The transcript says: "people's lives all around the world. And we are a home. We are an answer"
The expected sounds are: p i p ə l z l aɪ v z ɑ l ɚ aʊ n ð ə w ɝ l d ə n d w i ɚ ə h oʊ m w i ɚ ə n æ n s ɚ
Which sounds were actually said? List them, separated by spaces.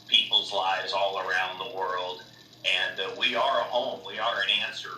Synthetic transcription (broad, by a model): p i p l z l aɪ v z ɑ l ɚ aʊ n ð ə w ɝ l d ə n w i ɚ ə h oʊ m w i ɚ ə n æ n s ɚ